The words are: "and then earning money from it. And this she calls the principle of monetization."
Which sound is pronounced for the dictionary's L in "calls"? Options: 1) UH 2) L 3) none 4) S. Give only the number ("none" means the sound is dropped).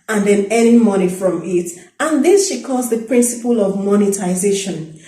3